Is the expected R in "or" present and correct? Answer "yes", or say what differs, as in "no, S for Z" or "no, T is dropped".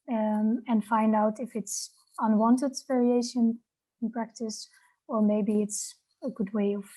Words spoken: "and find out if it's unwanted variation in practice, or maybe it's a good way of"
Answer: no, L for R